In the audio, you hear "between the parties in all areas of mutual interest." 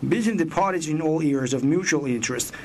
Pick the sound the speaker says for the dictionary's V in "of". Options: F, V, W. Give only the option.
V